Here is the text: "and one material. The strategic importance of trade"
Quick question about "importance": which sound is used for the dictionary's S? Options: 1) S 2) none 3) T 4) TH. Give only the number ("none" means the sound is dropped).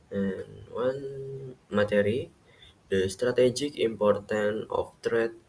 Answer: 2